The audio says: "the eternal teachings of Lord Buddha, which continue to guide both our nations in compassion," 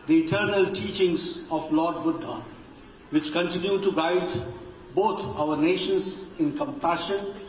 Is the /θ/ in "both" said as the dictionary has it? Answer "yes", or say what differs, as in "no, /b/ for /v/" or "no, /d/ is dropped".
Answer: no, /t/ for /θ/